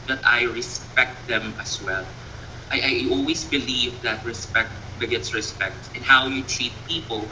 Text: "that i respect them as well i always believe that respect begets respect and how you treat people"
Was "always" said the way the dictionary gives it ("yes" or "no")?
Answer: no